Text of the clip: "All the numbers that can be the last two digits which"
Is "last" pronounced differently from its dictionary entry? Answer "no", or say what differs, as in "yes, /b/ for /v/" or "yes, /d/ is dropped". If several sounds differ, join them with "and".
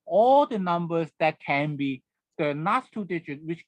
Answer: yes, /n/ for /l/